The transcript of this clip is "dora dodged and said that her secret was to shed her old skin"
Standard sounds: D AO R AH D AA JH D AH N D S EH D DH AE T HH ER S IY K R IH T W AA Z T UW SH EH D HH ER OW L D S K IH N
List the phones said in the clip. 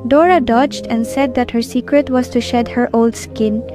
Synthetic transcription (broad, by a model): D AO R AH D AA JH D AH N D S EH D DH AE T HH ER S IY K R IH T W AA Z T UW SH EH D HH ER OW L D S K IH N